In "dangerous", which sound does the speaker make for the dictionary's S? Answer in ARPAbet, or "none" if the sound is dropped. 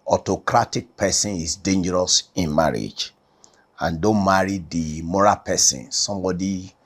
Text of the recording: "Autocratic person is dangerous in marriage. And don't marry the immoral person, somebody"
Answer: S